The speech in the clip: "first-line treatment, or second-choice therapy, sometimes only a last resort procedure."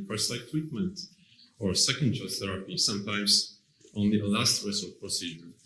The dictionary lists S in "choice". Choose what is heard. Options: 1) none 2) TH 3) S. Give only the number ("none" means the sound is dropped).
1